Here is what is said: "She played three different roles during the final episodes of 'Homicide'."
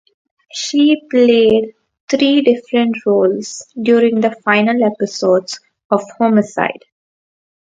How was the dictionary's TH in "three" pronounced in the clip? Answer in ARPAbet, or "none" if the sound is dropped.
T